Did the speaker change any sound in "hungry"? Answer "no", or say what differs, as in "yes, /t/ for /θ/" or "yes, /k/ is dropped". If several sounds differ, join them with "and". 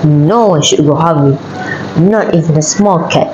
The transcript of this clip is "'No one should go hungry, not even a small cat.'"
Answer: yes, /ɹ/ is dropped